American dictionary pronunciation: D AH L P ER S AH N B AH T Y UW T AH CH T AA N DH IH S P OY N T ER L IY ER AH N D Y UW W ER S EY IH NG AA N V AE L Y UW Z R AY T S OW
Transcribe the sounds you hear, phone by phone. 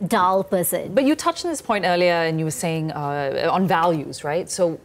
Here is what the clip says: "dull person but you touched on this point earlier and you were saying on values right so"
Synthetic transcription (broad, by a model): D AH L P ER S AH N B AH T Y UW T AH CH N DH IH S P OY N T ER L IY ER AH N Y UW W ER S EY IH NG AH N V AE L Y UW Z R AY T S OW